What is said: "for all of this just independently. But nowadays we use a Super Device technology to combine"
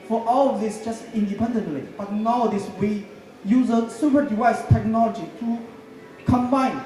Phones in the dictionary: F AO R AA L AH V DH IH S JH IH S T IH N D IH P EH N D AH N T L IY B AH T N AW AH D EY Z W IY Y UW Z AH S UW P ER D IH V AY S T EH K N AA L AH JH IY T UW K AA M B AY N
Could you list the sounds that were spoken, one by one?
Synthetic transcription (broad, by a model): F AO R AA L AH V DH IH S JH IH S T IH N D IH P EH N D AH N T L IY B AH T N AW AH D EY S W IY Y UW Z AH S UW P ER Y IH EH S T EH K N AA L AH JH IY T UW K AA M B AY N